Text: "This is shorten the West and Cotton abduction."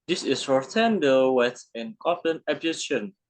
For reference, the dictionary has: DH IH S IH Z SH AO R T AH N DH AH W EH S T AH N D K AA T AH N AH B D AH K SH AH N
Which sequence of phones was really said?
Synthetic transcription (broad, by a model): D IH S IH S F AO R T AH N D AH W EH T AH N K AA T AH N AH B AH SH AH N